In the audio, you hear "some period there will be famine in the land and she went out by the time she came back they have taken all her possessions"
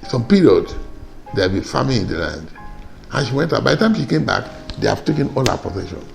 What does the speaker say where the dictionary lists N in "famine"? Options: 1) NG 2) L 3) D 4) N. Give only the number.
2